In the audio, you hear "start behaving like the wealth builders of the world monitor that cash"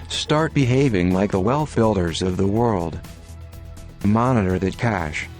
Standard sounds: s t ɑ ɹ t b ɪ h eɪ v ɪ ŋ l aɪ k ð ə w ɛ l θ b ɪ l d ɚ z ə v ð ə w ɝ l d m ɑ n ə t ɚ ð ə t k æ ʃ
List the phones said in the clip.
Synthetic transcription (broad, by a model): s t ɑ ɹ t b ɪ h eɪ v ɪ ŋ l aɪ k ð ə w ɛ l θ b ɪ l d ɚ z ə v ð ə w ɝ l d m ɑ n ə t ɚ ð ə t k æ ʃ